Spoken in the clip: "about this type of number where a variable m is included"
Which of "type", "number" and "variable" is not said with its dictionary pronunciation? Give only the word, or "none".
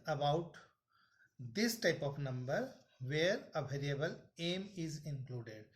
none